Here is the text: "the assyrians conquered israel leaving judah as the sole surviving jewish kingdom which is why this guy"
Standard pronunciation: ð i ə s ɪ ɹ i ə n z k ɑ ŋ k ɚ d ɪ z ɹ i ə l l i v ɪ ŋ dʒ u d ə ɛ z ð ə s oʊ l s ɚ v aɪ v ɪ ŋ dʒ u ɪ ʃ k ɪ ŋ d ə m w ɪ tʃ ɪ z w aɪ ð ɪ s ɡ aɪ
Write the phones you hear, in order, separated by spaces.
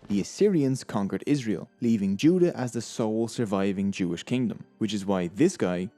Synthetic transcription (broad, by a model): ð i ə s ɪ ɹ i ə n z k ɑ ŋ k ɚ d ɪ z ɹ i ə l l i v ɪ ŋ dʒ u d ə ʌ z ð ə s oʊ l s ɚ v aɪ v ɪ ŋ dʒ u ɪ ʃ k ɪ ŋ d ə m w ɪ tʃ ɪ z w aɪ ð ɪ s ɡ aɪ